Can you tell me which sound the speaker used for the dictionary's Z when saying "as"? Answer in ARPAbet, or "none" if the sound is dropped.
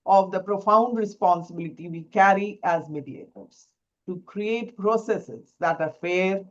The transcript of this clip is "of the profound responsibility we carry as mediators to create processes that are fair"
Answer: Z